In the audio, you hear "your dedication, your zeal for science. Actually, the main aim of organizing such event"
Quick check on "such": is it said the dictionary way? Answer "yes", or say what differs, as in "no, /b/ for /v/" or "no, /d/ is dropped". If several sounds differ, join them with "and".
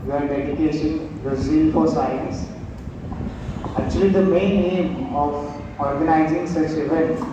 no, /s/ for /tʃ/